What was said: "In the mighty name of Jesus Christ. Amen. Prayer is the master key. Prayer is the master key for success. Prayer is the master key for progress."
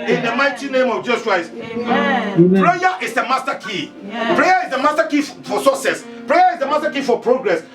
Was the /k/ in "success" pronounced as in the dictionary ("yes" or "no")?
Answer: no